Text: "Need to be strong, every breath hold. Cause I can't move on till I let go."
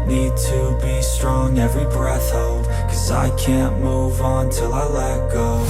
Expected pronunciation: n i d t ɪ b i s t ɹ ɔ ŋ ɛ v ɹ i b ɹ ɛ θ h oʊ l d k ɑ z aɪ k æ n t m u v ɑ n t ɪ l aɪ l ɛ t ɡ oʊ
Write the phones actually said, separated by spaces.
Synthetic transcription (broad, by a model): n i d t ɪ b i s t ɹ ɔ ŋ ɛ v ɹ i b ɹ ɛ θ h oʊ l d k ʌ z aɪ k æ n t m u v n t ɪ l aɪ l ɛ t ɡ oʊ